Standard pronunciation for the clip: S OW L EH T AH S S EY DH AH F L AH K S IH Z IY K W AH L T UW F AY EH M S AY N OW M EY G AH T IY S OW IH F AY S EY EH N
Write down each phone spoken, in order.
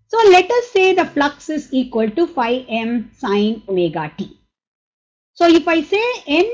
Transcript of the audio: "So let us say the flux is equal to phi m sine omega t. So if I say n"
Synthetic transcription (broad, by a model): S OW L EH T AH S S EY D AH F L AH K S IH Z IY K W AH L T UW F AY EH M S AY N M EY G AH T IY S OW IH F AY S EY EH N